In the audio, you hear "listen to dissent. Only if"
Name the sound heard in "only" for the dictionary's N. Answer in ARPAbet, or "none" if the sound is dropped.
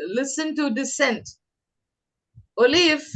none